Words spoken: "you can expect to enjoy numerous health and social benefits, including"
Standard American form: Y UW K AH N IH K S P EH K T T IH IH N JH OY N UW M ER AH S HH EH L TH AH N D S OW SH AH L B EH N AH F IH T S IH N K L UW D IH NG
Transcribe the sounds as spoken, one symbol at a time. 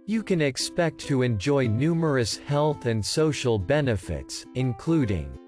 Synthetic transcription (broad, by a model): Y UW K AH N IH K S P EH K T T IH IH N JH OY N UW M ER AH S HH EH L TH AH N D S OW SH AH L B EH N AH F IH T S IH N K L UW D IH NG